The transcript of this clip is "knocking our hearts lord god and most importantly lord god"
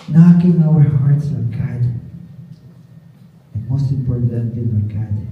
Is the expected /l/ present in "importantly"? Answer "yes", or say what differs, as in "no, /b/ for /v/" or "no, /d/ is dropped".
no, /l/ is dropped